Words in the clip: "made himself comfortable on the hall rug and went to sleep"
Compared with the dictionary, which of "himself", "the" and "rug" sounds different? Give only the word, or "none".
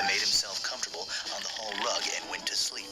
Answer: none